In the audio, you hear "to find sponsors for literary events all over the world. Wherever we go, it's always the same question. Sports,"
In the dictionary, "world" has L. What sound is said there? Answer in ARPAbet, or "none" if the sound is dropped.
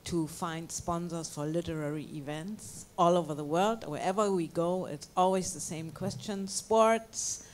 L